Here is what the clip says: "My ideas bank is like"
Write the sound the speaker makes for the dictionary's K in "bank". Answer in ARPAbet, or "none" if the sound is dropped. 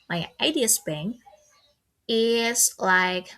none